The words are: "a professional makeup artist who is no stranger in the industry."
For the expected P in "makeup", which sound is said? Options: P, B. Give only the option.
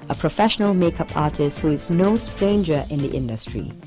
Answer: P